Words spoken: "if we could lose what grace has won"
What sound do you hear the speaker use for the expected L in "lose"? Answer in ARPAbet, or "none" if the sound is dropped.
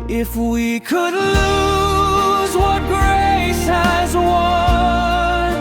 L